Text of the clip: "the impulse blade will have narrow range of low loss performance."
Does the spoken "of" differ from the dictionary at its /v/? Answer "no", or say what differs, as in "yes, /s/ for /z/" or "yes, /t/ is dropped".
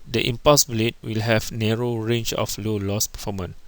yes, /f/ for /v/